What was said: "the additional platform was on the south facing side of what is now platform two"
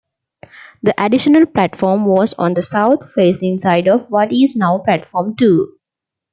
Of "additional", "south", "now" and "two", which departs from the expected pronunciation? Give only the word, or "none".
south